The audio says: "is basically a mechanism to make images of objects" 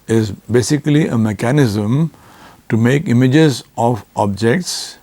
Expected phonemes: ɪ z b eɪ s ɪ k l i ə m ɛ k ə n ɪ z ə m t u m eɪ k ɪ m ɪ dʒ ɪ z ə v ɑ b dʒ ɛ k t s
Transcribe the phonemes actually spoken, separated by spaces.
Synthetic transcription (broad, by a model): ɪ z b eɪ s ɪ k l i ə m ɛ k ə n ɪ z ə m t u m eɪ k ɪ m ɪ dʒ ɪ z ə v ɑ b dʒ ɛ k t s